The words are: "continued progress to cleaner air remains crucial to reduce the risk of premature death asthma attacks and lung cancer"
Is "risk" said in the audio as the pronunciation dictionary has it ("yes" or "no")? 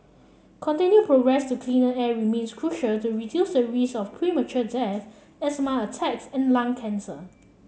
no